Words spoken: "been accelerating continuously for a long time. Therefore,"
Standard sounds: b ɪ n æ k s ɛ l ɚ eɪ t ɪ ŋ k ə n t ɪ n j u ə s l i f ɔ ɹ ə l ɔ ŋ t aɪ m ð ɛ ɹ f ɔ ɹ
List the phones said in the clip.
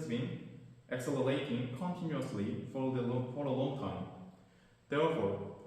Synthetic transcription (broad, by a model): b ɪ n æ k s ɛ l ɚ eɪ t ɪ ŋ k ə n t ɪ n j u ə s l i f ɔ ɹ ə l ɔ ŋ t aɪ m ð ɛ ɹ f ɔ ɹ